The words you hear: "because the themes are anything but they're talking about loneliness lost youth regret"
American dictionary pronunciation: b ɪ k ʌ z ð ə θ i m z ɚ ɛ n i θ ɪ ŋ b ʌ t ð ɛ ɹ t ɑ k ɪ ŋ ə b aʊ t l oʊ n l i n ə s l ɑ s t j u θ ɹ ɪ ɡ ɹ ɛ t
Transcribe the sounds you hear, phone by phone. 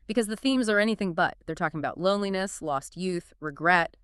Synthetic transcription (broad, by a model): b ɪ k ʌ z ð ə θ i m z ɚ ɛ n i θ ɪ ŋ b ʌ t ð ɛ ɹ t ɑ k ɪ ŋ ə b aʊ t l oʊ n l i n ə s l ɑ s t j u θ ɹ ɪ ɡ ɹ ɛ t